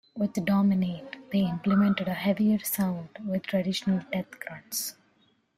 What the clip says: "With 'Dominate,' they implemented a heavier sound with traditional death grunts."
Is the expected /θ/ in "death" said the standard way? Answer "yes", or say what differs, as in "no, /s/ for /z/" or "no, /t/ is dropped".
no, /t/ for /θ/